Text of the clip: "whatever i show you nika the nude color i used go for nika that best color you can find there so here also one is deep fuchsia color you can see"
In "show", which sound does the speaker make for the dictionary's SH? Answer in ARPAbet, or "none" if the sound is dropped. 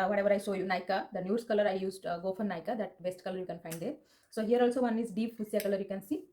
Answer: S